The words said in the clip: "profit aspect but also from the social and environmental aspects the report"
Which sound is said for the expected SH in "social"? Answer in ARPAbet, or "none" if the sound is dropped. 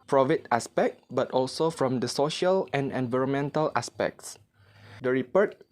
SH